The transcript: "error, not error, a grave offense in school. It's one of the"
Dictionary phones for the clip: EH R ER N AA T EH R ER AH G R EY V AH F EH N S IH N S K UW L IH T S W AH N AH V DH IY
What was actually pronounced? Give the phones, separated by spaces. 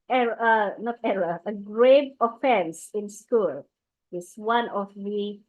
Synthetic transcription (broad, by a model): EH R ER N AA T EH R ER AH G R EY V AH F EH N S IH N S K UW L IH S W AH N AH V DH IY